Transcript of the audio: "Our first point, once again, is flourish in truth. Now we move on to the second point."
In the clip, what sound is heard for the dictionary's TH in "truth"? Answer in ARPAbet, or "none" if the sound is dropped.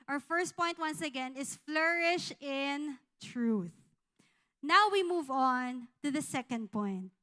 TH